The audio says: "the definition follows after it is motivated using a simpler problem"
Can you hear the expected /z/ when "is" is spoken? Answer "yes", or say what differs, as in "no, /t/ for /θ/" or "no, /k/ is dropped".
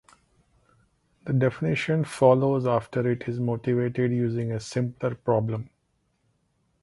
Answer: yes